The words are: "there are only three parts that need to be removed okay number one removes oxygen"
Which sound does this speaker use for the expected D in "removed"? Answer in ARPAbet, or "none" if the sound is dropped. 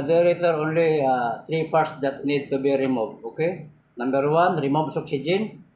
none